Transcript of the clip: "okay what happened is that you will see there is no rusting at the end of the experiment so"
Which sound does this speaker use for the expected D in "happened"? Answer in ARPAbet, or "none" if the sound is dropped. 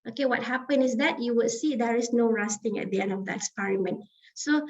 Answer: none